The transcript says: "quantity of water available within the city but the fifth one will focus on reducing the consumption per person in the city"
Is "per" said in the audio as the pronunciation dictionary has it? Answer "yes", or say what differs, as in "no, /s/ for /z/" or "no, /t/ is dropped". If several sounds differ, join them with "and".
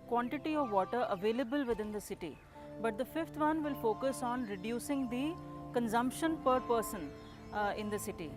yes